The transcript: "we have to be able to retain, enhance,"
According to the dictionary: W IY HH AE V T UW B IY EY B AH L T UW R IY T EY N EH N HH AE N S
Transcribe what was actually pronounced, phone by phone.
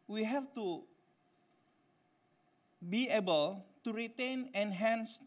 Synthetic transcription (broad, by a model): W IY HH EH F T UW B IY EY B AH L T UW R IY T EY N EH N HH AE N S